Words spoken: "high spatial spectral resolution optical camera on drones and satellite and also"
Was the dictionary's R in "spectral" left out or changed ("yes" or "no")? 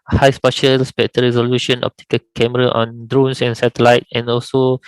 yes